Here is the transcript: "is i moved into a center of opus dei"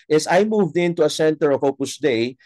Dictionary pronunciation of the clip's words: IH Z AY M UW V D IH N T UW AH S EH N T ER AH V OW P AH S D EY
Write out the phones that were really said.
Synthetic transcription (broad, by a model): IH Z AY M UW V D IH N T UW AH S EH N T ER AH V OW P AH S D EY